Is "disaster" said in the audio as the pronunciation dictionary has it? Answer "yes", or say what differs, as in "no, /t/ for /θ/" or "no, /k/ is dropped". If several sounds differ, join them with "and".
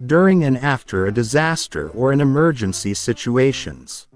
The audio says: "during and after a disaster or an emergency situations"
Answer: yes